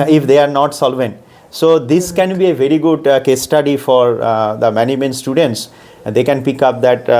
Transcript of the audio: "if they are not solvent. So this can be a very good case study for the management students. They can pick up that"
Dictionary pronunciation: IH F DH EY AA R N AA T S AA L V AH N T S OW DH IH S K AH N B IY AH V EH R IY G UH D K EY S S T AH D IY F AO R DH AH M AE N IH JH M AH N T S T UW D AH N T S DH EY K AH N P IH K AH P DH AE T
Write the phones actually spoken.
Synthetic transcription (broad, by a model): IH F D EY AA R N AA T S AA L V AH N T S OW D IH S K AH N B IY AH V EH R IY G UH D K EY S S T AH D IY F AO R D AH M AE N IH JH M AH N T S T UW D AH N T S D EY K AH N P IH K AH P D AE T